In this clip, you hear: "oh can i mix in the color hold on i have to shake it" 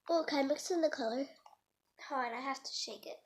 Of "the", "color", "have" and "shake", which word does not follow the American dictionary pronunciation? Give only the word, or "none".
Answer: have